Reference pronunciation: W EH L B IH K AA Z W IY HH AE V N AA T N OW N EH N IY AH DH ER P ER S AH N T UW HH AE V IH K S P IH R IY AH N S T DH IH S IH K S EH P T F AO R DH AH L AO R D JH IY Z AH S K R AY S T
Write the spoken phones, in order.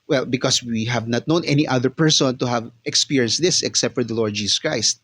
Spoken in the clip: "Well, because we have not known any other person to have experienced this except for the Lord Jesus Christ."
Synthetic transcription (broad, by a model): W EH L B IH K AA S W IY HH AE V N AA T N OW N EH N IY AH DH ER P ER S AH N T UW HH AE V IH K S P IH R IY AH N S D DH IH S IH K S EH P T F AO R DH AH L AO R D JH IY S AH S K R AY S T